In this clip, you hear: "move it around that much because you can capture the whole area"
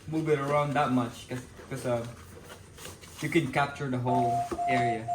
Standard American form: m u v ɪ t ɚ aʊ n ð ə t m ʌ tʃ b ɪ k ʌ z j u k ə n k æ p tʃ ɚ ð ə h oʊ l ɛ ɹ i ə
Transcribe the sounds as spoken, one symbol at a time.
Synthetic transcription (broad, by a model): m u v ɪ t ɚ aʊ n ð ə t m ʌ tʃ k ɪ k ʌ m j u k ə n k æ p tʃ ɚ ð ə h oʊ l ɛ ɹ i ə